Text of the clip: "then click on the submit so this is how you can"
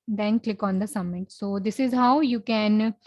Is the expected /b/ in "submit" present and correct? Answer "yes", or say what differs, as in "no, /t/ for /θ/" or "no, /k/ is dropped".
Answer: no, /b/ is dropped